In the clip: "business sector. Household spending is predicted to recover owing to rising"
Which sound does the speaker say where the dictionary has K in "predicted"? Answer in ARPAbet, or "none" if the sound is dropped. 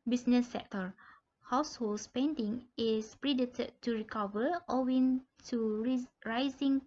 none